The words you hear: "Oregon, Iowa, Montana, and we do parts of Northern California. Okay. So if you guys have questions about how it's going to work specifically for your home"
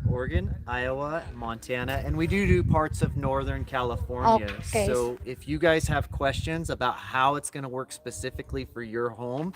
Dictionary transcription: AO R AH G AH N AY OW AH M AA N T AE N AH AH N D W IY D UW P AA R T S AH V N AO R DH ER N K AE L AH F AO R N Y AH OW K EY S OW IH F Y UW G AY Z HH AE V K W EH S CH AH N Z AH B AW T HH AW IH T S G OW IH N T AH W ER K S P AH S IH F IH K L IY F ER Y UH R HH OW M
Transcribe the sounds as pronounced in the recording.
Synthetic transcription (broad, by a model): AO R G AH N AY OW AH M AA N T AE N AH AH N W IY D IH P AA R T S AH V N AO R DH ER N K AE L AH F AO R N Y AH OW UH IH F Y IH G AY Z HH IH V K W EH S CH AH N Z AH B AW T HH AW IH T S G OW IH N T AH W ER K S P AH S IH F IH K L IY F ER Y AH R HH OW M